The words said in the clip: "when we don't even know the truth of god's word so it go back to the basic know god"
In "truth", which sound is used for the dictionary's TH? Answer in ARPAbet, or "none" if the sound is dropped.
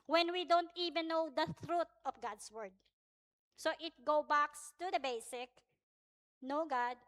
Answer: T